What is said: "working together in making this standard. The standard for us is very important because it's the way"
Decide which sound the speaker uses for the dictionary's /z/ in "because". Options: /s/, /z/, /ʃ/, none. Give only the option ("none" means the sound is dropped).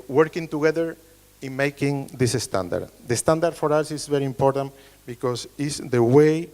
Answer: /s/